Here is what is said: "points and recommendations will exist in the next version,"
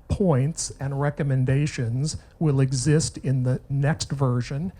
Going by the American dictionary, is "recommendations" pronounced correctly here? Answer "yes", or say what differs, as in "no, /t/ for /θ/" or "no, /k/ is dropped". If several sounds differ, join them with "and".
yes